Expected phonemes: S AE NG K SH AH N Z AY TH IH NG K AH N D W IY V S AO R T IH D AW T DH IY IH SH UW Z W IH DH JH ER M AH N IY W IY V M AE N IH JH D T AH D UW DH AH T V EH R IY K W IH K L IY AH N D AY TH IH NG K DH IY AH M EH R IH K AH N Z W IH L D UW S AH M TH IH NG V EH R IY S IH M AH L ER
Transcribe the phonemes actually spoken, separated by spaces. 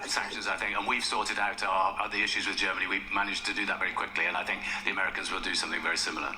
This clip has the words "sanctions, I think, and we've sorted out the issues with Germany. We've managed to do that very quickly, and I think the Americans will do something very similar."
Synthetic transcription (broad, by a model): S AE NG K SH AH N Z AY TH IH NG K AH N W IY V S AO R T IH D AW T DH IY IH SH UW Z W IH DH JH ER M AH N IY W IY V M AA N IH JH T AH D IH DH AH T V EH R IY K W IH K L IY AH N AY TH IH NG K DH IY AH M EH R IH K AH N Z W IH L D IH S AH M TH IH NG V EH R IY S IH M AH L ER